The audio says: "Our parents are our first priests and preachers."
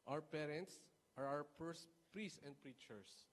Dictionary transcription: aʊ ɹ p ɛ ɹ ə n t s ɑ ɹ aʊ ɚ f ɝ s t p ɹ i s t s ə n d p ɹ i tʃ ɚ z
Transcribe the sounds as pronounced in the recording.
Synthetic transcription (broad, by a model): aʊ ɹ p ɛ ɹ ə n t s ɑ ɹ aʊ ɚ p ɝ s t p ɹ i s s ə n d p ɹ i tʃ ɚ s